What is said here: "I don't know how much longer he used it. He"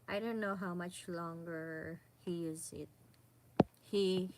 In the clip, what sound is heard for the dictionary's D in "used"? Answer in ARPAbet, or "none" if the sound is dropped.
none